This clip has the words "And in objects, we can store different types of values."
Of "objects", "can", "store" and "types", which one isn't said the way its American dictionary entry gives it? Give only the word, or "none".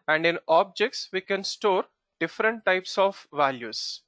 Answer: none